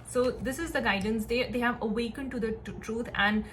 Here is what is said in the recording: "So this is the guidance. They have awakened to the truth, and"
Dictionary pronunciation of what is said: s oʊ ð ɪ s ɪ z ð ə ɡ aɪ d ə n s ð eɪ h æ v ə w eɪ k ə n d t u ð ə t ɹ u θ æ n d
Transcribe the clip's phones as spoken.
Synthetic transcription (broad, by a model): s oʊ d ɪ s ɪ z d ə ɡ aɪ d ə n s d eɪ h æ v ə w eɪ k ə n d t u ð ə t ɹ u t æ n d